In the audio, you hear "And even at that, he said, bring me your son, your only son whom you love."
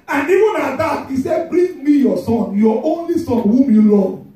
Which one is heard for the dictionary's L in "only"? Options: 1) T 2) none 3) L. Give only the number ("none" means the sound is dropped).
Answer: 3